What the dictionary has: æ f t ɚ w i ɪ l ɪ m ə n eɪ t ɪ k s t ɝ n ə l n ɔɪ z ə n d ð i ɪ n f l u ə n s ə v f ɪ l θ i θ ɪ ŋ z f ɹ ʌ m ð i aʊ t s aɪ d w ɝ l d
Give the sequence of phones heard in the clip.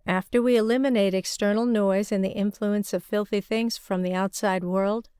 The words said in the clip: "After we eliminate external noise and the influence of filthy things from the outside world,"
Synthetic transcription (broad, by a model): æ f t ɚ w i ɪ l ɪ m ə n eɪ t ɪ k s t ɝ n l n ɔɪ z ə n ð i ɪ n f l u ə n s ə v f ɪ l θ i θ ɪ ŋ z f ɹ ʌ m ð i aʊ t s aɪ d w ɝ l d